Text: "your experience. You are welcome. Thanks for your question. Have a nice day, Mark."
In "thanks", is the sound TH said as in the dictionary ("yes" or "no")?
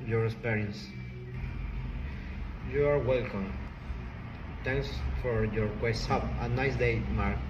no